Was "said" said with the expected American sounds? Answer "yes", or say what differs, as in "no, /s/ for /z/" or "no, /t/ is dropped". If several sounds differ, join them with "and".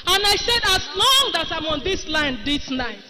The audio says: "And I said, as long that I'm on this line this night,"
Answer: yes